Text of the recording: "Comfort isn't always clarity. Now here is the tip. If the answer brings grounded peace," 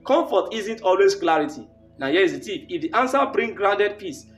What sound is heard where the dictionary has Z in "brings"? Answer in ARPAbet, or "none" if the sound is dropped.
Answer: none